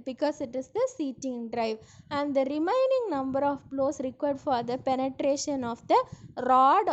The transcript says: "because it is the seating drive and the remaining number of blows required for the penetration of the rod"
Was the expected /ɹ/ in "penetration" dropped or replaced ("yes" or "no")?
no